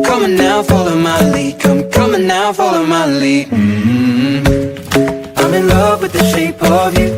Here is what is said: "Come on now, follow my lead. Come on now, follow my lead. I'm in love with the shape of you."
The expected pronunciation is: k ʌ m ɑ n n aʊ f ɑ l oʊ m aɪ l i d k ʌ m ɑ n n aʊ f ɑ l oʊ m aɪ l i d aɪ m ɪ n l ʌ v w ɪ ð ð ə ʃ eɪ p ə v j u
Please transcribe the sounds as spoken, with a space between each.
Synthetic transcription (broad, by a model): k ʌ m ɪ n n aʊ f ɑ l oʊ m aɪ l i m k ʌ m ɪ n n aʊ f ɑ l oʊ m aɪ l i aɪ m ɪ n l ʌ v w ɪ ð ð ə ʃ eɪ p ə v j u